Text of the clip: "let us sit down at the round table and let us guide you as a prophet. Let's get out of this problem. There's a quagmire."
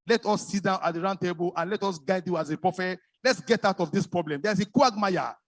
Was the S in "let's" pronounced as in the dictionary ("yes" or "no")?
yes